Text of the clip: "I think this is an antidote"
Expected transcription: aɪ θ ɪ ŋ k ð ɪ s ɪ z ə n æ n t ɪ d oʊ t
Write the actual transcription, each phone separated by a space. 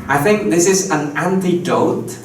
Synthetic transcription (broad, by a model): aɪ θ ɪ ŋ k ð ɪ s ɪ z ə n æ n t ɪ d oʊ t